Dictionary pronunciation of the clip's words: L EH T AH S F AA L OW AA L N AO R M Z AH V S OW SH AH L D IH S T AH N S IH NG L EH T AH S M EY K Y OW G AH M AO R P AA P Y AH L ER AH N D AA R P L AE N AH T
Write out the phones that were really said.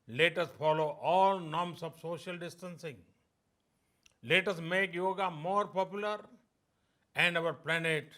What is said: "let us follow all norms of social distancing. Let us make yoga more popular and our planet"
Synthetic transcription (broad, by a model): L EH T AH S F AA L OW AA L N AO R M S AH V S OW SH AH L D IH S T AH N S IH NG L EH T AH S M EY K Y OW G AH M AO R P AA P Y AH L ER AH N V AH R P L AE N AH T